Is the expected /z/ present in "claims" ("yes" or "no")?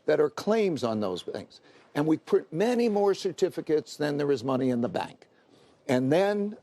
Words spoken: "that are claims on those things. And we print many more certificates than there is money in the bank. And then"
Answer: yes